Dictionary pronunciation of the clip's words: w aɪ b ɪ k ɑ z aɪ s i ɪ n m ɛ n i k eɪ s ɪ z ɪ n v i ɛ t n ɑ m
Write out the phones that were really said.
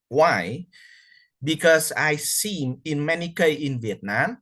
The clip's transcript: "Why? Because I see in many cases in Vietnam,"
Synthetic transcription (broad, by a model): w aɪ b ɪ k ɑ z aɪ s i ɪ n m ɛ n i k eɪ ɪ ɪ n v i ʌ t n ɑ m